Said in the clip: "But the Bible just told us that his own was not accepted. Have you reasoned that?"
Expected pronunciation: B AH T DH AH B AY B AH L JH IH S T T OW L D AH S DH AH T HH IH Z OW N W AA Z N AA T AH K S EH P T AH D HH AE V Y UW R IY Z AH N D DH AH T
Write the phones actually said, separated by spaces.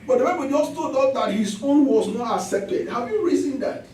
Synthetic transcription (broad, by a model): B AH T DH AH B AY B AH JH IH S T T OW D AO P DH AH T HH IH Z OW N W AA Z N AA T AH K S EH P T AH D HH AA V Y UW R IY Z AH N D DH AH T